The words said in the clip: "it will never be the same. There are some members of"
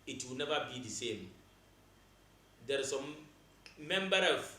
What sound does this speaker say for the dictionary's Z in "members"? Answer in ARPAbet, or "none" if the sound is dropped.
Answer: none